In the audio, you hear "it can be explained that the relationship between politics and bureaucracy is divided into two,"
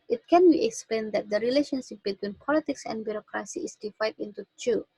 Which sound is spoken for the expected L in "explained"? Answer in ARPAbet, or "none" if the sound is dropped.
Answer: L